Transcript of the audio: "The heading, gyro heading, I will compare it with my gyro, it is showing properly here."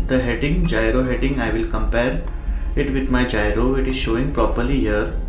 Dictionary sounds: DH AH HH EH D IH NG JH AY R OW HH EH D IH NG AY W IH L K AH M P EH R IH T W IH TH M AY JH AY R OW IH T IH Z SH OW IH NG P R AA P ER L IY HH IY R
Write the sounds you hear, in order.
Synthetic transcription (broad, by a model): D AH HH EH D IH NG JH AY R OW HH EH D IH NG AY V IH L K AH M P EH R IH T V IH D M AY JH AY R OW IH T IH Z SH OW IH NG P R AA P ER L IY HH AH R